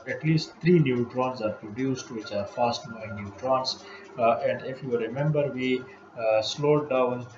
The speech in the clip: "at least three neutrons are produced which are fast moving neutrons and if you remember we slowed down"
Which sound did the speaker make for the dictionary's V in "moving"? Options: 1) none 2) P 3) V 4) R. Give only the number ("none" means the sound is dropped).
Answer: 1